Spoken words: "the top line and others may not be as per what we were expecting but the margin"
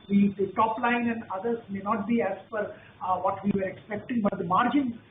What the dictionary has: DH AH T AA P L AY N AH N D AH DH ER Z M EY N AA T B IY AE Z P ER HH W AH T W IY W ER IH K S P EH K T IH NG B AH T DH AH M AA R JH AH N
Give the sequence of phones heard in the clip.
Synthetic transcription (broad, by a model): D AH T AA P L AY N AH N D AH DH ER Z M EY N AA T B IY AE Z F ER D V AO T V IY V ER IH K S P EH K T IH NG B AH T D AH M AA R JH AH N